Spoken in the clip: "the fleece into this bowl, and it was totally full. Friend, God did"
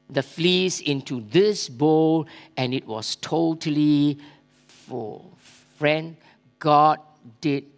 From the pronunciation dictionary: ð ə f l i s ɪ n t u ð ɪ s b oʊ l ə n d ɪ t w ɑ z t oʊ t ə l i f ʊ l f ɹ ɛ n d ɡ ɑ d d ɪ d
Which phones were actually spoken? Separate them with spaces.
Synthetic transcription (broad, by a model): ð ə f l i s ɪ n t u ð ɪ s b oʊ l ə n ɪ t w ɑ s t oʊ t ə l i f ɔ f ɹ ɛ n d ɡ ɑ d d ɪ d